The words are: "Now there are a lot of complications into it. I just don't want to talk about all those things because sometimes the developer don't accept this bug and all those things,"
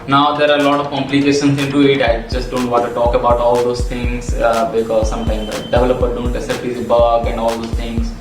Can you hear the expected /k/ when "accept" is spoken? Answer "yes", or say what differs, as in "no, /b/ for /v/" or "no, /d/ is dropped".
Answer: no, /k/ is dropped